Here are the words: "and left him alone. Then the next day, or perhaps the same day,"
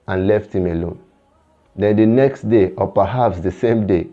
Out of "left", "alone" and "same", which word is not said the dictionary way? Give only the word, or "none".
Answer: none